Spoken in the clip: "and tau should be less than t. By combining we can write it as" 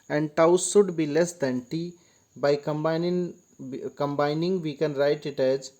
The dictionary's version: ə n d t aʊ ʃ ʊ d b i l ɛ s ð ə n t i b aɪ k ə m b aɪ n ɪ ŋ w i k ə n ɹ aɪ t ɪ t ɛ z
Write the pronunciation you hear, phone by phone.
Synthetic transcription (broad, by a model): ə n d t aʊ s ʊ d b i l ɛ s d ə n t i b aɪ k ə m b aɪ n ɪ ŋ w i k ə n ɹ aɪ t ɪ t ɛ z